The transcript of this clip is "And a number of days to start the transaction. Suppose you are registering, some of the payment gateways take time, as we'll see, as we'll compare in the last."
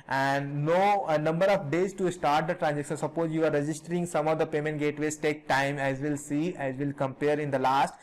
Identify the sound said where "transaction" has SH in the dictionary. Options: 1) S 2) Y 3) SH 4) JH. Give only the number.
1